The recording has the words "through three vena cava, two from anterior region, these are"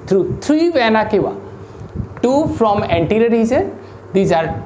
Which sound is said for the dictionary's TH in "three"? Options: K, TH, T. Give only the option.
T